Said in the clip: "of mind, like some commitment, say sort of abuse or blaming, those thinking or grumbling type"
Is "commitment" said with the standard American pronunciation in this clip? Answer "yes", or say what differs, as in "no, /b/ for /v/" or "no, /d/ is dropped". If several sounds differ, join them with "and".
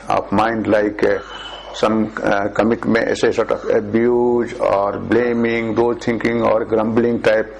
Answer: no, /n/ is dropped